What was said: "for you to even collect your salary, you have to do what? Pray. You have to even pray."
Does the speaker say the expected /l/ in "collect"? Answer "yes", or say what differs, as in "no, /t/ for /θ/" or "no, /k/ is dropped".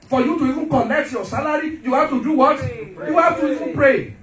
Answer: no, /n/ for /l/